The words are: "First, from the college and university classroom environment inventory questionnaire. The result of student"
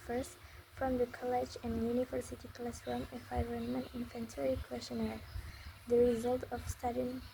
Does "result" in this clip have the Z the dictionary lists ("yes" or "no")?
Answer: yes